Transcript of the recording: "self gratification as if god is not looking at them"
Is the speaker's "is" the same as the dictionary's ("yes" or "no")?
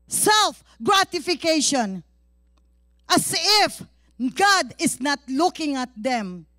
no